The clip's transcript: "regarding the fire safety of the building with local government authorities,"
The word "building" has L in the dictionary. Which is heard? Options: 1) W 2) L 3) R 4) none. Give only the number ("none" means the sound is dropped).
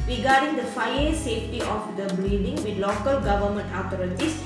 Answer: 4